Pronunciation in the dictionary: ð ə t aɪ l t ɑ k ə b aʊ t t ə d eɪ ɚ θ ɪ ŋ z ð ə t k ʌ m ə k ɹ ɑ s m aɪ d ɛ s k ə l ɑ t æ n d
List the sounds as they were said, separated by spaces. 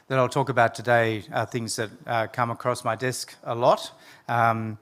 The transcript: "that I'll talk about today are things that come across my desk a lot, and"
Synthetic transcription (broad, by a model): ð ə t aɪ l t ɑ k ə b aʊ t t ə d eɪ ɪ θ ɪ ŋ z ð ə t k ʌ m ə k ɹ ɑ s m aɪ d ɛ s k ə l ɑ t